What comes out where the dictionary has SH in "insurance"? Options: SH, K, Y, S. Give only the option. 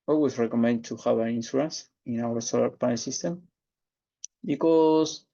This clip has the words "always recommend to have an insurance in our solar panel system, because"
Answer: S